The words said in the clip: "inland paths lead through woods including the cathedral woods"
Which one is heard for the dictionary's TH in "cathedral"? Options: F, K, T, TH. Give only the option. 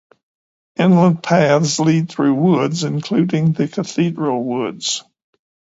TH